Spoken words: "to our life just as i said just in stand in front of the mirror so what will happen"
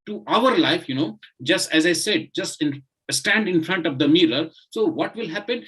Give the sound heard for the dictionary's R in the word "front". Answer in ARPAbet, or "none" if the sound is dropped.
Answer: R